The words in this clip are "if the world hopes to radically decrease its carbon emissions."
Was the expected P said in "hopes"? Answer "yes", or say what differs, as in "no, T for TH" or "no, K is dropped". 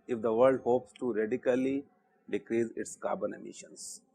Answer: yes